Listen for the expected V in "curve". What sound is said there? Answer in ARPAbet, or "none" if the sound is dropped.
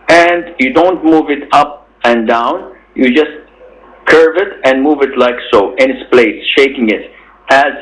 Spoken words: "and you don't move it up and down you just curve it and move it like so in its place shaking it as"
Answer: V